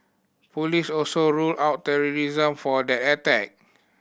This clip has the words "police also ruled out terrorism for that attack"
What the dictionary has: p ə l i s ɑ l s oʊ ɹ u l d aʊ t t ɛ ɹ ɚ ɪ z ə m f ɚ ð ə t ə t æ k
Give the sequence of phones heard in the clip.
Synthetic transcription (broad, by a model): p ə l i s ɑ l s oʊ ɹ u l aʊ t t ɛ ɹ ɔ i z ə m f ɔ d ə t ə t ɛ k